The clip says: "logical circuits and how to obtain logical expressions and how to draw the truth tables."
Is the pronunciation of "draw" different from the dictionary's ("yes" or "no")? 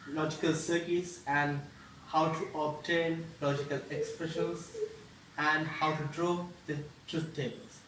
no